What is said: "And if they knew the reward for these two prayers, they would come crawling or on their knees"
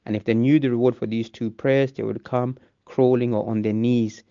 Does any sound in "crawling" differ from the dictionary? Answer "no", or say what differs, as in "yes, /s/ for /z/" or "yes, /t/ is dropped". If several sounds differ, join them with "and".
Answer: no